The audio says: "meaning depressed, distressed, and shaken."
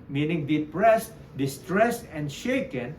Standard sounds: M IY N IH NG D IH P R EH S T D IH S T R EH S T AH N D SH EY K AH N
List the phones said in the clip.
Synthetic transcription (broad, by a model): M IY N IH NG D IH P R EH S T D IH S T R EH S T AH N D SH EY K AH N